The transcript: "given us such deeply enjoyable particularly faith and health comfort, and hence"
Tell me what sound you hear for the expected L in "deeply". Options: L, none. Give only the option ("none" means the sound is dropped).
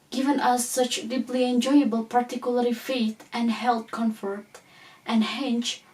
L